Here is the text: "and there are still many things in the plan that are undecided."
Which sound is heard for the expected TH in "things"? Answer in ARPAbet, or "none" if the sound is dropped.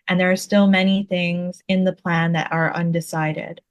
TH